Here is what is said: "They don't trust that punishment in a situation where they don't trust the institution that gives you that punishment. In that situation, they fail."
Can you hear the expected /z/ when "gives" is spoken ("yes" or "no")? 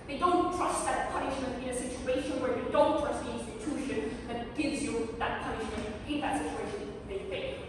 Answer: yes